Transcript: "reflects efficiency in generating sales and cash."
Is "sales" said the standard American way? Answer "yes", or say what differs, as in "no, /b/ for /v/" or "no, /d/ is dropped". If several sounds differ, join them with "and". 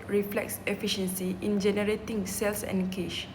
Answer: no, /s/ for /z/